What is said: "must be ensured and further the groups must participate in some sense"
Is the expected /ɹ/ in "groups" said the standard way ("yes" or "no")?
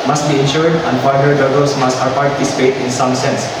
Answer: no